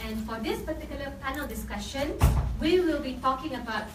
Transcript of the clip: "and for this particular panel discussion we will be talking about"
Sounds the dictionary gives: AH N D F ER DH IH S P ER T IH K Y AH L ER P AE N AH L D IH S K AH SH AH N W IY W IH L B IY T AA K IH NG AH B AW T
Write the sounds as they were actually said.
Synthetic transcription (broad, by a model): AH N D F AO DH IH S P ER T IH K Y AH L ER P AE N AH L D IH S K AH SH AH N W IY W IH L B IY T AA K IH NG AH B AW T